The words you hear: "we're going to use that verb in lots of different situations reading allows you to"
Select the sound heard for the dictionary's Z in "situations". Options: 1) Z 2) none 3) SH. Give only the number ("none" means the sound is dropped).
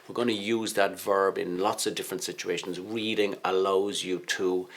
1